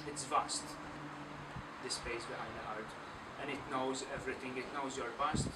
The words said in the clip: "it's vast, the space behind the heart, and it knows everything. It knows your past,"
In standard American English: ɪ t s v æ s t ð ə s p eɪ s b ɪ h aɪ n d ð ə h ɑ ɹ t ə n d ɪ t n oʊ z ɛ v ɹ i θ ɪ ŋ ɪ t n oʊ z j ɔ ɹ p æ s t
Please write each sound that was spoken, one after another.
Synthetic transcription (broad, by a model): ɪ t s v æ s t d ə s p eɪ s b ɪ h aɪ n d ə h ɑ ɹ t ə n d ɪ t n oʊ z ɛ v ɹ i t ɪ ŋ ɪ t n oʊ z j ɔ ɹ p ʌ s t